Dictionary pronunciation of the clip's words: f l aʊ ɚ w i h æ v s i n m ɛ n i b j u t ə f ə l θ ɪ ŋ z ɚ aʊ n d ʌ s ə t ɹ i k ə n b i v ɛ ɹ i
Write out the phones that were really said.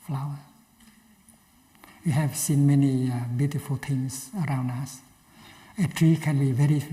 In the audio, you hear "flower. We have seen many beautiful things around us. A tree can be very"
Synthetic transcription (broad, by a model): f l aʊ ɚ w i h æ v s i n m ɛ n i b j u t ə f ə l t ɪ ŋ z ɚ aʊ n d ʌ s ə t ɹ i k ə n b i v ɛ ɹ i